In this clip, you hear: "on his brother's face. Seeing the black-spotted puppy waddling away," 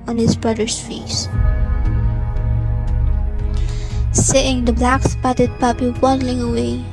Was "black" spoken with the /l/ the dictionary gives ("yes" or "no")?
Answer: yes